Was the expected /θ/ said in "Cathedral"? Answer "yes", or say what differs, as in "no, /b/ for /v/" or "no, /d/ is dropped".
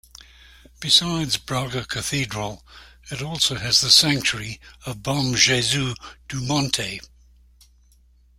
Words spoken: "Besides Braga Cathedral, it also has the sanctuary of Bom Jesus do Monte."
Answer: yes